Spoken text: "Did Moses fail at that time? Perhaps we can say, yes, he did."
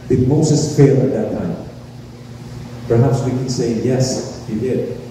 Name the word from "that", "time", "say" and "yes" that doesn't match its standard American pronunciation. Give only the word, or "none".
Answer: none